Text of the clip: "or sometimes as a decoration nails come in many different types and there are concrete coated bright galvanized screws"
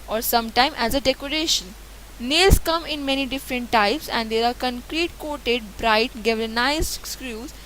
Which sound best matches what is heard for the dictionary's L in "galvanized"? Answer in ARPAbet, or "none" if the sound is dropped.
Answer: none